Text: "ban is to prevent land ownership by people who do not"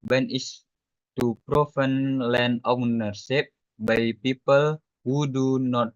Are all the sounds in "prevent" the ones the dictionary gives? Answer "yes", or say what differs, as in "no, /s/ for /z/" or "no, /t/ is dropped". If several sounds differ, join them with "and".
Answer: no, /f/ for /v/